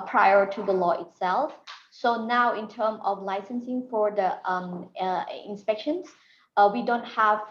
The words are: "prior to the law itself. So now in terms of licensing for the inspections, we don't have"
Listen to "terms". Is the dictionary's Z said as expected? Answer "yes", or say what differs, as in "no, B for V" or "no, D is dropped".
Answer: no, Z is dropped